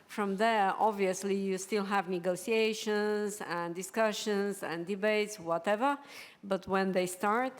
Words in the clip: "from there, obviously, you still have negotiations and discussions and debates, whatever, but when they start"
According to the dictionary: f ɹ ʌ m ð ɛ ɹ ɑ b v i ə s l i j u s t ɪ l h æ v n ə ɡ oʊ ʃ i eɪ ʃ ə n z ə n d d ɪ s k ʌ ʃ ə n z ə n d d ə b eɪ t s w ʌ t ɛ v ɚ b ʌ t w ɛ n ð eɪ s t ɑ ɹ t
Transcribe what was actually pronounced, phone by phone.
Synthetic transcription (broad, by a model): f ɹ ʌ m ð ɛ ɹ ɑ b v i ə s l i j u s t ɪ l h æ v n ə ɡ oʊ s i eɪ ʃ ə n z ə n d d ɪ s k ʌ ʃ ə n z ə n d d ə b eɪ t s w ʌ t ɛ v ɚ b ʌ t w ɛ n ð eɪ s t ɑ ɹ t